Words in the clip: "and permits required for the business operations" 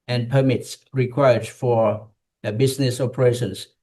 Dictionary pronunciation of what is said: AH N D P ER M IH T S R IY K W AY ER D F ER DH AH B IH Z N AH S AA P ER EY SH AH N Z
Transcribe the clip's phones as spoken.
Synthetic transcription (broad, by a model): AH N P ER M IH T S R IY K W AY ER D F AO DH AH B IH S N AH S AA P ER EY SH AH N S